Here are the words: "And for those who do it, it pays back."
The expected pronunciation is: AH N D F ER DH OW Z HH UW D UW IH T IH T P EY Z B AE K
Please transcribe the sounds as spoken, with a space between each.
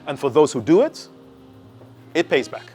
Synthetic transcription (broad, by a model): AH N F ER DH OW Z HH UW D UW IH T IH T P EY Z B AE K